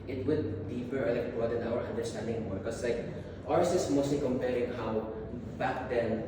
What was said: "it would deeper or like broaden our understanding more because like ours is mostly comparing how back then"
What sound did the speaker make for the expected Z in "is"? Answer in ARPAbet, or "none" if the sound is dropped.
S